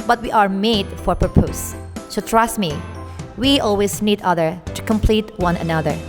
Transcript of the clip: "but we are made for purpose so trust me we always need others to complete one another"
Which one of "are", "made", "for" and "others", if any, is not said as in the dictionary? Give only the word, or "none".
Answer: others